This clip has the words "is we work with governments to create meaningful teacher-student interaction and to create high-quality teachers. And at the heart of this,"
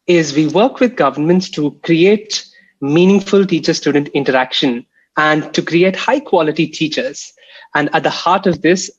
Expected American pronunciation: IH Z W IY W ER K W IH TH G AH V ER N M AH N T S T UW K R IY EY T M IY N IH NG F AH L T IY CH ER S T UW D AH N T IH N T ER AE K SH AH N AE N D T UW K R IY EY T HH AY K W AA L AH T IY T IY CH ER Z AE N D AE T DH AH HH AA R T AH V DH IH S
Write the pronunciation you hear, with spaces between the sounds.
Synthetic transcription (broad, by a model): IH Z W IY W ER K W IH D G AH V ER N M AH N T S T UW K R IY EY T M IY N IH NG F AH L T IY CH ER S T UW D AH N T IH N T ER AE K SH AH N AE N D T UW K R IY EY T HH AY K W AA L AH T IY T IY CH ER Z AE N D AE T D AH HH AA R T AH V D IH S